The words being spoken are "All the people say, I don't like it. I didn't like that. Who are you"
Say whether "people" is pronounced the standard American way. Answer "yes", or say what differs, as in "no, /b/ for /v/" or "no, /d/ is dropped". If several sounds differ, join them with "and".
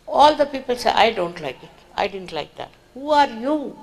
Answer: yes